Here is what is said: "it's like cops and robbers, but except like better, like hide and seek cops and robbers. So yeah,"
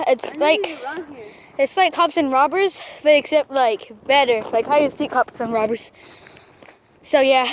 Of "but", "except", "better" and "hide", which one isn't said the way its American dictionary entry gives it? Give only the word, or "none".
hide